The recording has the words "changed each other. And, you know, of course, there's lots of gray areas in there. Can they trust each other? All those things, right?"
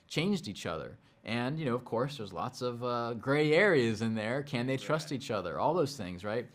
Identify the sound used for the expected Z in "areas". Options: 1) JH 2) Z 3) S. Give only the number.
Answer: 2